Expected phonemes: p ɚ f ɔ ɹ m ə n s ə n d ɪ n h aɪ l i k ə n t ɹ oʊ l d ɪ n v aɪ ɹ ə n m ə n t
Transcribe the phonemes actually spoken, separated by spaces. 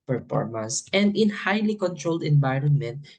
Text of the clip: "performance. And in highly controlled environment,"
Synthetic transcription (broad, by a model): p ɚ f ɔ ɹ m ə n s ə n d ɪ n h aɪ l i k ə n t ɹ oʊ l d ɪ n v aɪ ɹ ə n m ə n t